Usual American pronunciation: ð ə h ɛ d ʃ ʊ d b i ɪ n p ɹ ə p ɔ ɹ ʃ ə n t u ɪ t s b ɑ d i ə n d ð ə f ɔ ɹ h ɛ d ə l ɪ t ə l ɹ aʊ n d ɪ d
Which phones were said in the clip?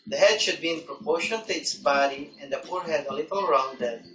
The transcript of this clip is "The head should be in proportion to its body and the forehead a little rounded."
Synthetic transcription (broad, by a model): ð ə h ɛ d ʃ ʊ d b i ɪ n p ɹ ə p ɔ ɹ ʃ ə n t u ɪ t s b ɑ d i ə n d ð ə p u ɹ h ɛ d ə l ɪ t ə l ɹ aʊ n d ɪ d